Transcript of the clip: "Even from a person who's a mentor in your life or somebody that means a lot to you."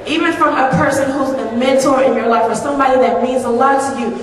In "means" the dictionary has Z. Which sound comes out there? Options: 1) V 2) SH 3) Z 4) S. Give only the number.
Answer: 3